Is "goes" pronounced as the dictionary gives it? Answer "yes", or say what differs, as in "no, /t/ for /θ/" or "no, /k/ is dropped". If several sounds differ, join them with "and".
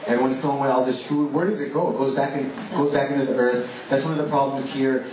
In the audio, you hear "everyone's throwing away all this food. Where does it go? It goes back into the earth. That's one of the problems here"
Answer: yes